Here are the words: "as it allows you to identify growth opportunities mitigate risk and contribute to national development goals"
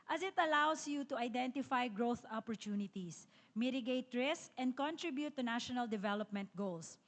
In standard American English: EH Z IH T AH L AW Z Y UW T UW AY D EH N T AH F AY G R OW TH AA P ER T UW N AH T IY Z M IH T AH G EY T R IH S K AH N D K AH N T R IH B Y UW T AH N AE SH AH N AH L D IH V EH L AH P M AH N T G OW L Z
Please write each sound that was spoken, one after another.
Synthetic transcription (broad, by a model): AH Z IH T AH L AW S Y UW T UW AY D EH N T AH F AY G R OW TH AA P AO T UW N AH T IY S M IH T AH G EY T R IH S K AH N D K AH N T R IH B Y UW T AH N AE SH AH N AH L D IH V EH L AH P M AH N T G OW L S